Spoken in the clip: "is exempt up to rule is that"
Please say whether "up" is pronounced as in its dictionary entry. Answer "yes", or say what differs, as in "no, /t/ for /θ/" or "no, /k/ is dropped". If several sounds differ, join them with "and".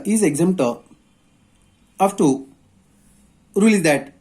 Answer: no, /f/ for /p/